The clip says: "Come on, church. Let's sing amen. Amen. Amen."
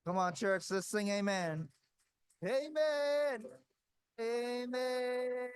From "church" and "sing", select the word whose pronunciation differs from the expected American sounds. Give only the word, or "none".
sing